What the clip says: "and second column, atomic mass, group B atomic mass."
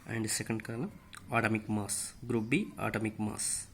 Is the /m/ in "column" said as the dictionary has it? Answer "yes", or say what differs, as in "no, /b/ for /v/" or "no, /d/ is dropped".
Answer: yes